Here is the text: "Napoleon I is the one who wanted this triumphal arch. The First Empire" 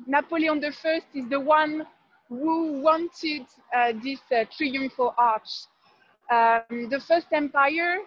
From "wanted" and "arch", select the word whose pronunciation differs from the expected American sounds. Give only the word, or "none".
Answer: none